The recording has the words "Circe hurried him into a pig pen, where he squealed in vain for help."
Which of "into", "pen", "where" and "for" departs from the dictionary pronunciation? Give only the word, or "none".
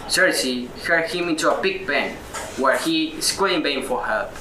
pen